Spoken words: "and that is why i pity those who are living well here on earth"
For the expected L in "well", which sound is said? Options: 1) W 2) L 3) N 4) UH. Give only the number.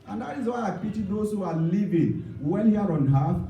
3